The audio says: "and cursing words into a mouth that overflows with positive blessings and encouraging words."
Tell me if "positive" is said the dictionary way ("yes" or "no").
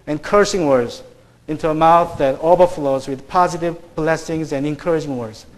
yes